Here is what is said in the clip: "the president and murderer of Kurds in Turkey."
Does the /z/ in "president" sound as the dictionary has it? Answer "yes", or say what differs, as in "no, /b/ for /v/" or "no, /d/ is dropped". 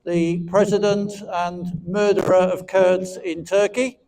yes